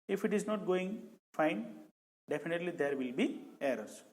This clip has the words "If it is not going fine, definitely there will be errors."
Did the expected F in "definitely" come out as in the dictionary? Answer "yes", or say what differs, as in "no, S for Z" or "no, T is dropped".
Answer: no, P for F